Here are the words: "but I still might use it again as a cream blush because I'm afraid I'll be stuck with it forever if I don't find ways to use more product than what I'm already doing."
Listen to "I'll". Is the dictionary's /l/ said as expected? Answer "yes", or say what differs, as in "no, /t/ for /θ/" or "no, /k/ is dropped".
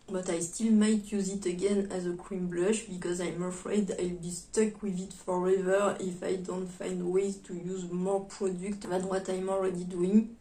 yes